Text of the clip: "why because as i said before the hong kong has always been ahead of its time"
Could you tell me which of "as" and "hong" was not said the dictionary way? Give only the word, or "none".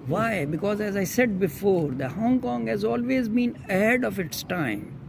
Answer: none